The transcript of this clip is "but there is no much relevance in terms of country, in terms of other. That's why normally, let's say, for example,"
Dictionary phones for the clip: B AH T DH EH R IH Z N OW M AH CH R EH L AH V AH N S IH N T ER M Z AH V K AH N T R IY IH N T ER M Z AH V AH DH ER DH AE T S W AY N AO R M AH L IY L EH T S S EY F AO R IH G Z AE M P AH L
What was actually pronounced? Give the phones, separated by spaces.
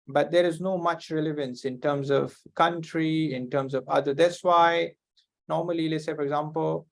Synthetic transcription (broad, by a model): B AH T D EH R IH Z N OW M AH CH R EH L AH V AH N S IH N T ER M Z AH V K AH N T R IY IH N T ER M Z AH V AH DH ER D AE T S W AY N AO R M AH L IY L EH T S S EY F AO R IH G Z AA M P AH L